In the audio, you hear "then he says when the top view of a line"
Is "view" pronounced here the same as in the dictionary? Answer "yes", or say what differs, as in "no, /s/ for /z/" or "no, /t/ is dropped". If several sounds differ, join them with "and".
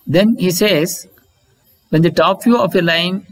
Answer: no, /f/ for /v/